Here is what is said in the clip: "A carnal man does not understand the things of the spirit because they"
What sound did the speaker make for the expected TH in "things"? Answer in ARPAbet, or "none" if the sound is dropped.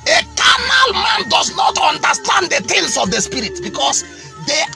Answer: T